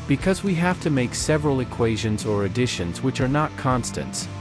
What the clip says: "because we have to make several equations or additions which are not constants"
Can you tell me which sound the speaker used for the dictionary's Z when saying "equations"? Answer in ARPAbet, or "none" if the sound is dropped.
Z